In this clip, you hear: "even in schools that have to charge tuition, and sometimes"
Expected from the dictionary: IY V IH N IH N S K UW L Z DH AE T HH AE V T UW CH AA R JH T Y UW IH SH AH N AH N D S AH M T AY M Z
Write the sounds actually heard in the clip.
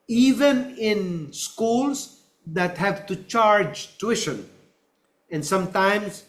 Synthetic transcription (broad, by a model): IY V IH N IH N S K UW L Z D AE T HH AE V T UW CH AA R JH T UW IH SH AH N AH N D S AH M T AY M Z